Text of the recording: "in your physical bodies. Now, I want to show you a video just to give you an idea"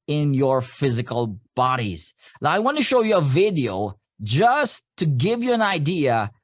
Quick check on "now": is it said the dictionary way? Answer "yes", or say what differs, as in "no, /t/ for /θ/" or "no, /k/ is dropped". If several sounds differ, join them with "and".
no, /l/ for /n/